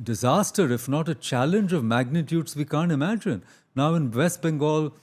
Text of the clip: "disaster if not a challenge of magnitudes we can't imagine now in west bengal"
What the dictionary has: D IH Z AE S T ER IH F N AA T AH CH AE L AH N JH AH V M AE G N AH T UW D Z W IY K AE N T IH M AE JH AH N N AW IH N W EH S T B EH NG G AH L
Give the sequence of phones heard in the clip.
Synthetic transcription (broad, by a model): D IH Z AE S T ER IH F N AA T AH CH AE L AH N JH AH V M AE G N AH T UW D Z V IY K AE N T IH M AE JH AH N N AW IH N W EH S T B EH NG G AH L